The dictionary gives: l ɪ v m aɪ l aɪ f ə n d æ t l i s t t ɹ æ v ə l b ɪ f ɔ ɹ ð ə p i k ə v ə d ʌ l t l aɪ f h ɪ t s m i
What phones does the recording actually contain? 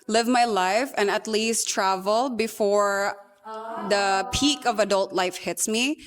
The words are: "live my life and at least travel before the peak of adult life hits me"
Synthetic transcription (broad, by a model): l ɪ v m aɪ l aɪ f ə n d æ t l i s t t ɹ æ v ə l b ɪ f ɔ ɹ ð ə p i k ə v ə d ʌ l t l aɪ f h ɪ t s m i